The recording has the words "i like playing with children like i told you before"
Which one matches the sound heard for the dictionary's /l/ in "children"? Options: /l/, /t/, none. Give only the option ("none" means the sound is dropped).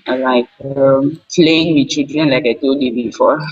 none